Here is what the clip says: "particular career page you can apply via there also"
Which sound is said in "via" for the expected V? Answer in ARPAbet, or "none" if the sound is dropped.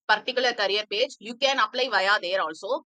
V